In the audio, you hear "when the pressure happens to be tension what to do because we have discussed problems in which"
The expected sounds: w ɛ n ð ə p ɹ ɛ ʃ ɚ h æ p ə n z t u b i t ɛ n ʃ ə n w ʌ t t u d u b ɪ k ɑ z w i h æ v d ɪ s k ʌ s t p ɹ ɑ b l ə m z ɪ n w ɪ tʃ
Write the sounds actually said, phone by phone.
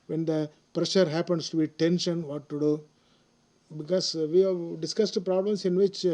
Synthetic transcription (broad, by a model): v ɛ n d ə p ɹ ɛ ʃ ɚ h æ p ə n s t u b i t ɛ n ʃ ə n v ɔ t t u d u b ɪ k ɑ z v i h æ v d ɪ s k ʌ s t p ɹ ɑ b l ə m s ɪ n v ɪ tʃ